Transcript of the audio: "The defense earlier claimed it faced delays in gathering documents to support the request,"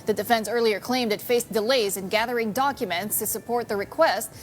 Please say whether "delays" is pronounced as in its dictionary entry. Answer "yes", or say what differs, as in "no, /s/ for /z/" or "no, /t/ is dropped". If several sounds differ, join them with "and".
yes